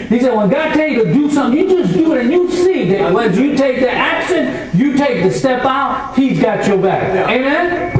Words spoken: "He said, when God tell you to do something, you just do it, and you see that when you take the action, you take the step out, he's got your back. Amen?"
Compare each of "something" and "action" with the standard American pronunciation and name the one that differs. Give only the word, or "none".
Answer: action